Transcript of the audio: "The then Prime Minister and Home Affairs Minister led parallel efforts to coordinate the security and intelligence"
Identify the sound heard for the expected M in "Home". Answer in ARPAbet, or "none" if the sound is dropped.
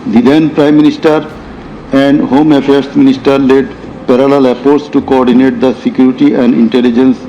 M